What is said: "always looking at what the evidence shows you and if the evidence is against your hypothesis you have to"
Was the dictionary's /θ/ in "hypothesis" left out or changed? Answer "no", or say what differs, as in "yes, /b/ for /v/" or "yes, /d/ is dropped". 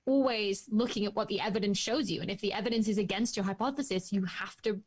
no